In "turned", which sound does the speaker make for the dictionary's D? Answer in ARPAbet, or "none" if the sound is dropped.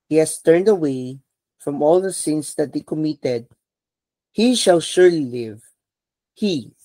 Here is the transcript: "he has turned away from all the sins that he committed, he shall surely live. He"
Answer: D